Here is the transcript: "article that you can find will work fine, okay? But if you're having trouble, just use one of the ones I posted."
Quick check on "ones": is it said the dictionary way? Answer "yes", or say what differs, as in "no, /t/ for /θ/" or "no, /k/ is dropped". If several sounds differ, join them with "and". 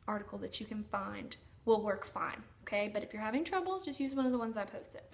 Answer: yes